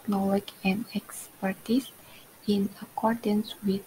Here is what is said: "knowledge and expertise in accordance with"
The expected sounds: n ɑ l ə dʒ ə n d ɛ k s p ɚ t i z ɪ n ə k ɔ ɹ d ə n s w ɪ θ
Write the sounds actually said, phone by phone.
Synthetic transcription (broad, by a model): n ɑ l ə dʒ ə n d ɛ k s p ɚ t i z ɪ n ə k ɔ ɹ d ə n s w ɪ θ